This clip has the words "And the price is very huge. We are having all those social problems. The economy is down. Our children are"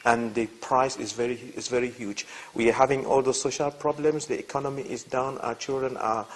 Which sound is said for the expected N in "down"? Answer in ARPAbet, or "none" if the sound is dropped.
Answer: N